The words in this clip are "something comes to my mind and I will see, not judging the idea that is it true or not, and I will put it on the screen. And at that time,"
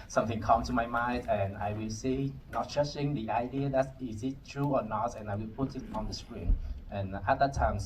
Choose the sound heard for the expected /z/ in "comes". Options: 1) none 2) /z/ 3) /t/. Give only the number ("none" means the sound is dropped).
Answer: 1